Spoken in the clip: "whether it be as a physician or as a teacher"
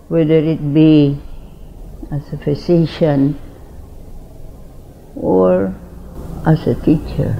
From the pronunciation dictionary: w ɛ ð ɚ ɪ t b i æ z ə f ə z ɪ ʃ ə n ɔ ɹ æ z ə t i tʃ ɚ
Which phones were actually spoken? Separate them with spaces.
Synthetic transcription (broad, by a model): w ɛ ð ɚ ɪ t b i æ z ə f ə s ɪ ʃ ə n ɔ ɹ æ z ə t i tʃ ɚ